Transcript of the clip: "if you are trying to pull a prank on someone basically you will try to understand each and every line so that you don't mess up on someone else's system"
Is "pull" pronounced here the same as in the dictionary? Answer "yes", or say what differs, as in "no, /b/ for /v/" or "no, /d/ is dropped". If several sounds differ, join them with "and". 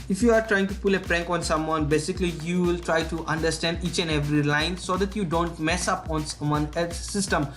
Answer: yes